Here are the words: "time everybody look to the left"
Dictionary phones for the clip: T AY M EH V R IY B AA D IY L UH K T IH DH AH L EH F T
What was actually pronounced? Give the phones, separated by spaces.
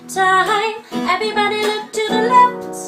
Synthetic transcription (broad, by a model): T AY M EH V R IY B AA D IY L UH K T IH DH AH L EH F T